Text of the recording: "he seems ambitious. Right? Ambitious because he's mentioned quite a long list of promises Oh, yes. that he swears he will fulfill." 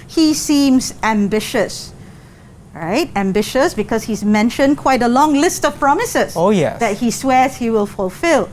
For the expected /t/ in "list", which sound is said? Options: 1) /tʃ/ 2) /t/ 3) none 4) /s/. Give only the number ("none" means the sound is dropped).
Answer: 2